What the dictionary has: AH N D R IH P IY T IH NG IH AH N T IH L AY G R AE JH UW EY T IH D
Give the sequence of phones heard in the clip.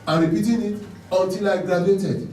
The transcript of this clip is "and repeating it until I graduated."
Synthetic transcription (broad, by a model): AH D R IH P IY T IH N IH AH T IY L AY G R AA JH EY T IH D